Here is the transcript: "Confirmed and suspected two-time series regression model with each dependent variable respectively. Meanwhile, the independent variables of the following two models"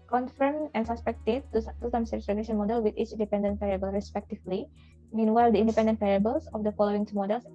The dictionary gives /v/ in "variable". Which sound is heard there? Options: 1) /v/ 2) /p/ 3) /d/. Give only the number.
2